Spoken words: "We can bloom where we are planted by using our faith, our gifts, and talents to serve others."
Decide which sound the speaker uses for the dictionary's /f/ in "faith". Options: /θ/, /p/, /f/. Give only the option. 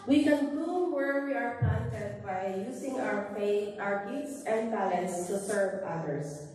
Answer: /p/